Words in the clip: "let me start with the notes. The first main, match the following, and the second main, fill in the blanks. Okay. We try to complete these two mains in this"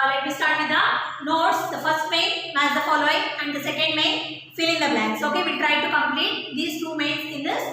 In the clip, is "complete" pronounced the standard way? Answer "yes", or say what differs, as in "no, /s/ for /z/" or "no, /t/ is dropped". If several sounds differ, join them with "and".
yes